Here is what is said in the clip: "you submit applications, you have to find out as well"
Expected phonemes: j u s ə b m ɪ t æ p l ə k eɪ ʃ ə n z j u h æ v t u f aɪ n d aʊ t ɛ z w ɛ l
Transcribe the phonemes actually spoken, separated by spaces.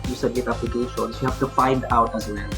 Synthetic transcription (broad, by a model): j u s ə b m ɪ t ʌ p ə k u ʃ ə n s j u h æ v t u f aɪ n d aʊ t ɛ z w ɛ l